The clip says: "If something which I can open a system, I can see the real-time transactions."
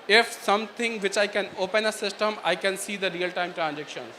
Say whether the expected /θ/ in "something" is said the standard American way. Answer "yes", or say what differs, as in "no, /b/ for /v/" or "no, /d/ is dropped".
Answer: no, /t/ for /θ/